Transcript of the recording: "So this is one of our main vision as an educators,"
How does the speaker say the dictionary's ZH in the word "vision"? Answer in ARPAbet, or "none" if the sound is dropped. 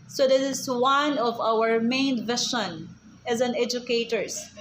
SH